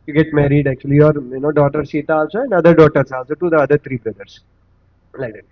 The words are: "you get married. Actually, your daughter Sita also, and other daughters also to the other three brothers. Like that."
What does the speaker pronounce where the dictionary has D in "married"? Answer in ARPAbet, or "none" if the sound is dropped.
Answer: D